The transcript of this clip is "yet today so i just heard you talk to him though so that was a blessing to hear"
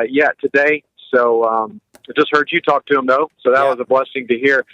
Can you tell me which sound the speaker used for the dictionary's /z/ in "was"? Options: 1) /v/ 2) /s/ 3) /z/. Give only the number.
3